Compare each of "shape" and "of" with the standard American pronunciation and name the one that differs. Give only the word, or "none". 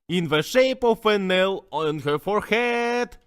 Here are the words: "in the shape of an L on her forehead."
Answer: of